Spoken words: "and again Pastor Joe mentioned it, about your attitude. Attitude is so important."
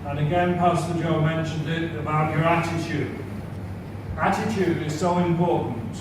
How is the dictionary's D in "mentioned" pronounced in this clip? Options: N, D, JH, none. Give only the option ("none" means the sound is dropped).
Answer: D